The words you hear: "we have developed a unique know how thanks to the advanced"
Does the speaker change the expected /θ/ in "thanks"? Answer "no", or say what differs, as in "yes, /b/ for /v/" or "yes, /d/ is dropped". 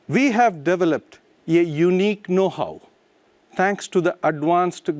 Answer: yes, /t/ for /θ/